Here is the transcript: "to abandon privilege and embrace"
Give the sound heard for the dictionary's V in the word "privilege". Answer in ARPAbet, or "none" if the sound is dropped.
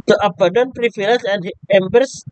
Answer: F